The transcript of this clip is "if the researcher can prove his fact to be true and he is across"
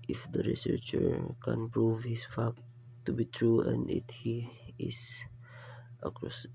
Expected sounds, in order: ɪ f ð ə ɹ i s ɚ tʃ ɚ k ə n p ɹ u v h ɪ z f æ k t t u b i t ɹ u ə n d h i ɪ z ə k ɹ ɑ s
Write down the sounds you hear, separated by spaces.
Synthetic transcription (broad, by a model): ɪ f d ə ɹ i s ɚ tʃ ɚ k ə n p ɹ u v h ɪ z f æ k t t u b i t ɹ u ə n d h i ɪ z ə k ɹ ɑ s